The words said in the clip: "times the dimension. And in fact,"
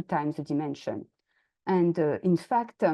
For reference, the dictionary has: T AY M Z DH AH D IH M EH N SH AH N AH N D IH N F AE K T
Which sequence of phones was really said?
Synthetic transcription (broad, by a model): T AY M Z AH D IH M EH N SH AH N AH N D IH N F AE K T